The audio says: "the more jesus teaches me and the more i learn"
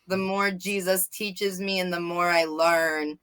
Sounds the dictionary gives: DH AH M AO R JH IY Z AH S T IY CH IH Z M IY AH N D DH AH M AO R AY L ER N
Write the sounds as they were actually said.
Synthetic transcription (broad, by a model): DH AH M AO R JH IY Z AH S T IY CH IH Z M IY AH N DH AH M AO R AY L ER N